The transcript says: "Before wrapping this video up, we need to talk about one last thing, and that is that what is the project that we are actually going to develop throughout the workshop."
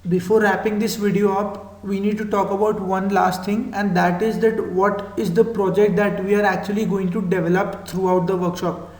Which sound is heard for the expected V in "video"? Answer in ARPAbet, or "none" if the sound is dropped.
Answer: V